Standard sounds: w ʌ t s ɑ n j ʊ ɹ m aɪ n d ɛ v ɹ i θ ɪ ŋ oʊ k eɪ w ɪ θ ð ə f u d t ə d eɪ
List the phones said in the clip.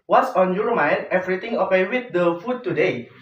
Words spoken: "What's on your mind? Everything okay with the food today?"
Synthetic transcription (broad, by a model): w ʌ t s ɑ n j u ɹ m aɪ n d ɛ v ɹ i t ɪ ŋ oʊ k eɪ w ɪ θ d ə f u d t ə d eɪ